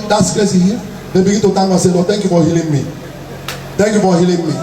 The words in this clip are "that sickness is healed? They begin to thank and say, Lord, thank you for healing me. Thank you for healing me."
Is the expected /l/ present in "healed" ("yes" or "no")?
no